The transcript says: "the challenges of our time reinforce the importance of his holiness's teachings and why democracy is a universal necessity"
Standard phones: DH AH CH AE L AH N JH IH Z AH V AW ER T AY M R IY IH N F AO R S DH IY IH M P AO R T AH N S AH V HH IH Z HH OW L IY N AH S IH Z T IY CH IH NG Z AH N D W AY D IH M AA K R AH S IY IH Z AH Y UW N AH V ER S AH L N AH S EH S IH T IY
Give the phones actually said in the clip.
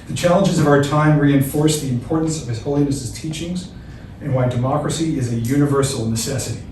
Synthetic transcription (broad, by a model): DH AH CH AE L AH N JH IH Z AH V AW ER T AY M R IY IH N F AO R S DH IY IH M P AO R T N S AH V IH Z HH OW L IY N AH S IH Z T IY CH IH NG Z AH N W AY D IH M AA K R AH S IY IH Z AH Y UW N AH V ER S L N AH S EH S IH T IY